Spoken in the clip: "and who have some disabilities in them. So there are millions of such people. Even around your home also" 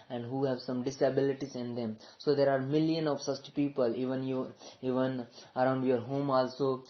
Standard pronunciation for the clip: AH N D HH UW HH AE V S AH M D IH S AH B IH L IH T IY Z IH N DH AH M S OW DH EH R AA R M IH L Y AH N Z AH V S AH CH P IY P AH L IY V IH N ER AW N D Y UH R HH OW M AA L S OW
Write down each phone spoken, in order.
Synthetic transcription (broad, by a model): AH N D HH UW HH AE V S AH M D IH S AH B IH L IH T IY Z IH N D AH M S OW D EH R AA R M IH L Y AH N AH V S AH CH P IY P AH L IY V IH N ER AW N D Y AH R HH OW M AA L S OW